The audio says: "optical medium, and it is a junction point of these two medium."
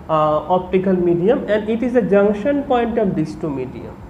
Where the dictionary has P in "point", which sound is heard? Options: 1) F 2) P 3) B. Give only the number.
2